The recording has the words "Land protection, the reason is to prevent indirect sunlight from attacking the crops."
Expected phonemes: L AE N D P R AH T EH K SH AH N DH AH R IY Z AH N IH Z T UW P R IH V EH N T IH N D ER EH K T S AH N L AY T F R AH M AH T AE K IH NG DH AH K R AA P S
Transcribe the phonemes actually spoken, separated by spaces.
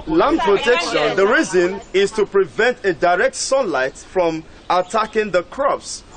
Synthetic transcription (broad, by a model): L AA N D P R AH T EH K SH AH N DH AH R IY Z AH N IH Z T UW P R IH V EH N T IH D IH EH K T S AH N L AY T F R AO M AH T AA K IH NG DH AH K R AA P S